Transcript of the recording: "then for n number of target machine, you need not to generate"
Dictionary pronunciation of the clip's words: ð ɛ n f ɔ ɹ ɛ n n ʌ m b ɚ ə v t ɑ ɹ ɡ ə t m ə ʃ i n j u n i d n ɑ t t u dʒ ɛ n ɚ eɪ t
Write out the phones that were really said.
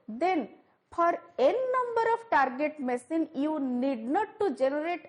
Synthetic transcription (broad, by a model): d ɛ n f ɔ ɹ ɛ n n ʌ m b ɚ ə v t ɑ ɹ ɡ ə t m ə s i n j u n i d n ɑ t t u dʒ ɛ n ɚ eɪ t